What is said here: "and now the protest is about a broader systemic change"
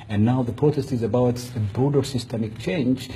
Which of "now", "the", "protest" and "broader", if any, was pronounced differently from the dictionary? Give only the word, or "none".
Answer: broader